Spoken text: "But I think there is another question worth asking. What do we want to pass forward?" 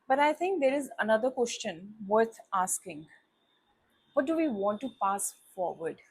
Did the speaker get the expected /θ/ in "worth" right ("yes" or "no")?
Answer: no